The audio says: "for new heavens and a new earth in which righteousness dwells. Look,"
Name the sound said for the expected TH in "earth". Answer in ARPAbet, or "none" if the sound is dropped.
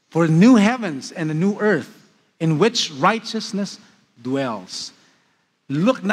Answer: TH